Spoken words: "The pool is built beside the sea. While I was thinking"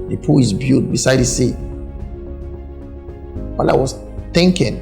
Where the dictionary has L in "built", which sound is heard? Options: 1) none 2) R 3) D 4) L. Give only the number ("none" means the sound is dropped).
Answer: 1